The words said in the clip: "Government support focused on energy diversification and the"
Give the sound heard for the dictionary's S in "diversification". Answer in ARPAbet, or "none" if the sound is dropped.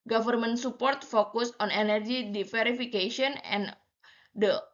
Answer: none